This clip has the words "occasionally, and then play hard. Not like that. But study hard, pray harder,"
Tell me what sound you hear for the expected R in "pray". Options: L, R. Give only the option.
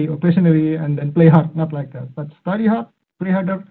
L